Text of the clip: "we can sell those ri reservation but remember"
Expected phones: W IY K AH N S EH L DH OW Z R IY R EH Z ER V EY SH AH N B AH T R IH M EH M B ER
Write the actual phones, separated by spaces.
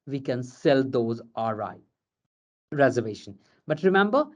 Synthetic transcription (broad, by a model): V IY K AH N S EH L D OW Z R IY R EH Z ER V EY SH AH N B AH T R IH M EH M B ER